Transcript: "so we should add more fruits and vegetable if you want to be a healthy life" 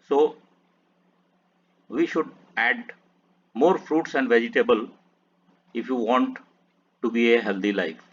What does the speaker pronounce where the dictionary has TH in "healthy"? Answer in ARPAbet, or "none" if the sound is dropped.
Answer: T